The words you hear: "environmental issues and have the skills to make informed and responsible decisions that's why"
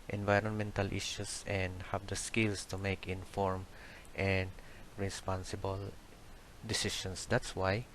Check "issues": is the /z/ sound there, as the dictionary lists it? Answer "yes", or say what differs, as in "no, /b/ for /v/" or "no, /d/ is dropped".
no, /s/ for /z/